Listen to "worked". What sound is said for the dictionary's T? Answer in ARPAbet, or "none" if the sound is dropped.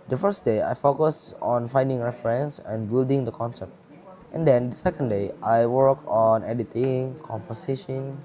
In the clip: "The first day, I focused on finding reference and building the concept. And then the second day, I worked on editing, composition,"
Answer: none